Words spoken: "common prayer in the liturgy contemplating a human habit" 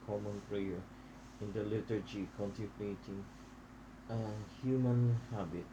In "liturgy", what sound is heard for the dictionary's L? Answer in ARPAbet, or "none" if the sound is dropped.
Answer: L